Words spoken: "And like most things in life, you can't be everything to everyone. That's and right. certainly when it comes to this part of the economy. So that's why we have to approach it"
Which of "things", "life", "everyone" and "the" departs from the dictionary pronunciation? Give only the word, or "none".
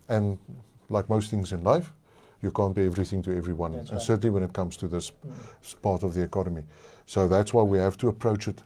none